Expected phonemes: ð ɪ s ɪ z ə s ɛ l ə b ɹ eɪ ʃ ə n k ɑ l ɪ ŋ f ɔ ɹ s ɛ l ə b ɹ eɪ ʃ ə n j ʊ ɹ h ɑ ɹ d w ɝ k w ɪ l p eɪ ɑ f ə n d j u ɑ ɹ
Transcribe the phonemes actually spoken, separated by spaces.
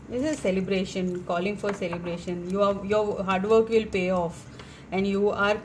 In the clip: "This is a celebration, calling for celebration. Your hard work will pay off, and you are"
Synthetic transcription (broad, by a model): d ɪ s ɪ z s ɛ l ə b ɹ eɪ ʃ ə n k ɑ l ɪ ŋ f ɔ ɹ s ɛ l ə b ɹ eɪ ʃ ə n j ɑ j h ɑ ɹ d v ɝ k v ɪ l p eɪ ɑ f ə n d j u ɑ ɹ